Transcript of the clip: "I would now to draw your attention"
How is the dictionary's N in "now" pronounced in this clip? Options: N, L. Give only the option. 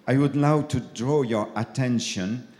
L